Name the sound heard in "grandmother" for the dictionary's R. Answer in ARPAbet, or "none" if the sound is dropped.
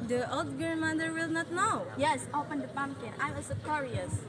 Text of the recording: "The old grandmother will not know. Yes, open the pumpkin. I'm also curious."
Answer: none